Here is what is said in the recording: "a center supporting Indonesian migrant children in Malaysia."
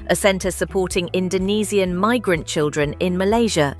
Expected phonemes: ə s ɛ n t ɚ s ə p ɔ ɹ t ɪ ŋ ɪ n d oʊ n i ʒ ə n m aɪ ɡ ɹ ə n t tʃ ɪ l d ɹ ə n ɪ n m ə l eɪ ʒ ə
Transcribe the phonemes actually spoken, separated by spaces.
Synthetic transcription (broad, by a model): ə s ɛ n t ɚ s ə p ɔ t ɪ ŋ ɪ n d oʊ n i z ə n m aɪ ɡ ɹ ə n tʃ ɪ l d ɹ ə n ɪ n m ə l eɪ ʒ ə